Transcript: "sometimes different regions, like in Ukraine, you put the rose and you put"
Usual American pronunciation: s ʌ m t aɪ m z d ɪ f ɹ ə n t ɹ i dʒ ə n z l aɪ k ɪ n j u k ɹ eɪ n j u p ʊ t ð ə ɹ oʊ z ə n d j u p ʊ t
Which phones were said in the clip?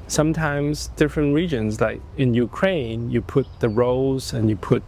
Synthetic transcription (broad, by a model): s ʌ m t aɪ m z d ɪ f ɹ ə n t ɹ i dʒ ə n z l aɪ k ɪ n j u k ɹ eɪ n j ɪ p ʊ t ð ə ɹ oʊ z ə n j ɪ p ʊ t